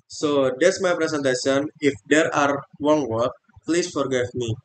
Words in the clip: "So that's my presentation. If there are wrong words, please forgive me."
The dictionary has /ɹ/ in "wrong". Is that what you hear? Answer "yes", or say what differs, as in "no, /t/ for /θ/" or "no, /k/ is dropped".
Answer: no, /w/ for /ɹ/